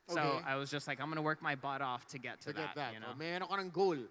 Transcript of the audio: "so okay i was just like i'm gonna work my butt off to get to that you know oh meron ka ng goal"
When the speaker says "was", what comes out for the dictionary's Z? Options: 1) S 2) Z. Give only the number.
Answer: 2